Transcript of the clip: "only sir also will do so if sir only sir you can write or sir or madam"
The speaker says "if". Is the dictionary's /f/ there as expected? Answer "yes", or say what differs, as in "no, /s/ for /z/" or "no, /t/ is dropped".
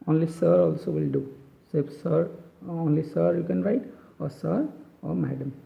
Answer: no, /p/ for /f/